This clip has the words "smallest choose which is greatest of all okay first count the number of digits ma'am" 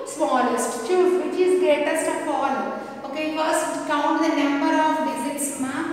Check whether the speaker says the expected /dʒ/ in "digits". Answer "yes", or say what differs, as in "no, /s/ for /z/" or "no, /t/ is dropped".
no, /z/ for /dʒ/